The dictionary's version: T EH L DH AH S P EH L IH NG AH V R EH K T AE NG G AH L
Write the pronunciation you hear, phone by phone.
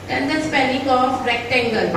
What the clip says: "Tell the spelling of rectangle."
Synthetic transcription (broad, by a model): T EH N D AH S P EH N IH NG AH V R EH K T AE NG G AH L